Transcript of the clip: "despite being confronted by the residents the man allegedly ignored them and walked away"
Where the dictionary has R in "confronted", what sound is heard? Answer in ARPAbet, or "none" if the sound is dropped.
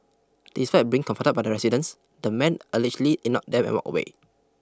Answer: none